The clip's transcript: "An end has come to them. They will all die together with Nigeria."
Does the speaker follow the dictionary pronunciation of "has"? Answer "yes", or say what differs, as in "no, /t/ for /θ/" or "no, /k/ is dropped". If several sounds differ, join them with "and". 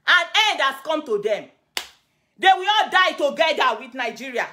no, /s/ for /z/